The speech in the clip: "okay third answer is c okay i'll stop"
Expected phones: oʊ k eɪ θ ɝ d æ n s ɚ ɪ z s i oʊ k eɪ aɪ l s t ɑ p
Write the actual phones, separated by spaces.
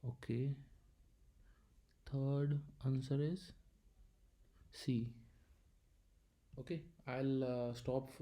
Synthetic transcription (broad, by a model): oʊ k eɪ t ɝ d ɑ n s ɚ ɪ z s i oʊ k eɪ aɪ l s t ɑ p